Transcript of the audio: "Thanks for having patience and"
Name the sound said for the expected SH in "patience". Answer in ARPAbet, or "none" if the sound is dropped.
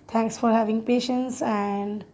SH